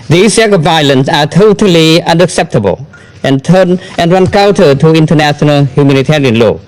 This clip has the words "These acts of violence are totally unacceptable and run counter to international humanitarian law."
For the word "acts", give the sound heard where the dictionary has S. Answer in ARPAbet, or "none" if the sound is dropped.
none